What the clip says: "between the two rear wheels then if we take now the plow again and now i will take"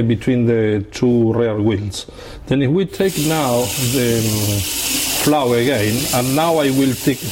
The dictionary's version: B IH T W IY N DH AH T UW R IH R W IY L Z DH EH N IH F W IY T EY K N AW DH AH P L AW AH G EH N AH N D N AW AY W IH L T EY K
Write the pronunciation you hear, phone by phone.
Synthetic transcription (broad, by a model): B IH T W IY N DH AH T UW R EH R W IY L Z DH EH N IH F W IY T EY K N AW DH AH F L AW AH G EH N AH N N AW AY W IH L T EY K